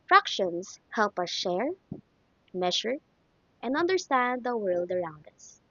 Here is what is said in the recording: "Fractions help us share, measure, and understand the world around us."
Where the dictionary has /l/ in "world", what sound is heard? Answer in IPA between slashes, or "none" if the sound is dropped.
/l/